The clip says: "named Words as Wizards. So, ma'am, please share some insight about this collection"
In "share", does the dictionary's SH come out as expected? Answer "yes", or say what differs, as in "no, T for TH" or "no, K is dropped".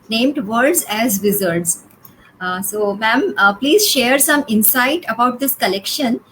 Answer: yes